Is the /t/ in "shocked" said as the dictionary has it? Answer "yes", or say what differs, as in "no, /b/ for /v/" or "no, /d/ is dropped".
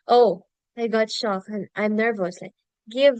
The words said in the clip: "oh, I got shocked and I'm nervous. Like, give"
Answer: no, /t/ is dropped